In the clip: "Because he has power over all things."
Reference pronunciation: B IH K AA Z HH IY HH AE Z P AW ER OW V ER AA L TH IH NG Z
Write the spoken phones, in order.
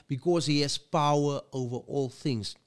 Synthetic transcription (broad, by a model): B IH K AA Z HH IY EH S P AW ER OW V ER AA L TH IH NG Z